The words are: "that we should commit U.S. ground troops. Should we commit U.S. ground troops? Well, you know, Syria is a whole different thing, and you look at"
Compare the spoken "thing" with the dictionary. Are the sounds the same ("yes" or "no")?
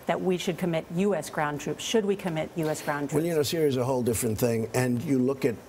yes